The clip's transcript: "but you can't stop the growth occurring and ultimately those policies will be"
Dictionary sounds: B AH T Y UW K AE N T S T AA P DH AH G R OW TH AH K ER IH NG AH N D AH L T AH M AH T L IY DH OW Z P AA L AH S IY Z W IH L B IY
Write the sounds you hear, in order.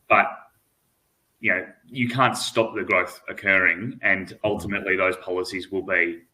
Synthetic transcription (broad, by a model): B AH T Y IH K AE N T S T AA P DH AH G R OW TH AH K ER IH NG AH N AH L T AH M AH T L IY DH OW Z P AA L AH S IY Z W IH L B IY